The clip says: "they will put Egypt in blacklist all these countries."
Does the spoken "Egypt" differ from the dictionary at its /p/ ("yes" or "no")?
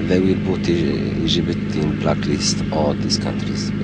yes